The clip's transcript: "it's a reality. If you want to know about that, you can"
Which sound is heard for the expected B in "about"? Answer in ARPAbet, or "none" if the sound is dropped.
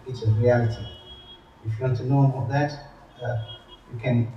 none